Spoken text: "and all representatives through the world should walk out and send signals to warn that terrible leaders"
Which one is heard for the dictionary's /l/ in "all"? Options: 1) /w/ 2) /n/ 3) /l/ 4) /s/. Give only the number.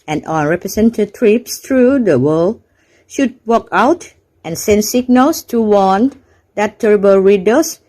2